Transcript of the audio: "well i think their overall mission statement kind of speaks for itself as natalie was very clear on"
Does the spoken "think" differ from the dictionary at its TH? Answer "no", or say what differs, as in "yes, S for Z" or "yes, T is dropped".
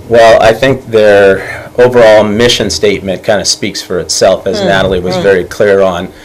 no